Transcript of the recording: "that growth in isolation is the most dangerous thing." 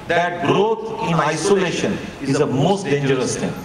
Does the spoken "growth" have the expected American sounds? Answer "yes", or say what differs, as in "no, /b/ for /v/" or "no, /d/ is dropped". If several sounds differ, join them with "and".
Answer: no, /t/ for /θ/